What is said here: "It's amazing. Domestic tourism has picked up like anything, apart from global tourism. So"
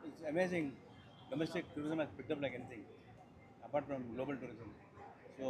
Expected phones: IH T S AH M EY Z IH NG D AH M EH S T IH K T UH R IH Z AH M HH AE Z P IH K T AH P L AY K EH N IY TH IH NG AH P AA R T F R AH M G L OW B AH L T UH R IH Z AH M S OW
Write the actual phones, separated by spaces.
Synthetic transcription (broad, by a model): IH T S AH M EY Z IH NG D AH M EH S T IH K T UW R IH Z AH M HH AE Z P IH T AH P L AY K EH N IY T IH NG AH P AA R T F R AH M G L OW B AH L T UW R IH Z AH M S OW